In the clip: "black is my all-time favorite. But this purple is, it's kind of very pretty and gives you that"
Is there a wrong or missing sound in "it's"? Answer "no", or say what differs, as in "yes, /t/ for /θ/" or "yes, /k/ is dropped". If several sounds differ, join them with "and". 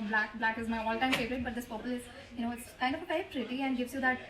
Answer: no